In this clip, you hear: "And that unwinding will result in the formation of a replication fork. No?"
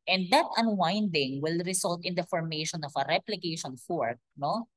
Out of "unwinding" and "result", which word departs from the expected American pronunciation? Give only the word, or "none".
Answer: result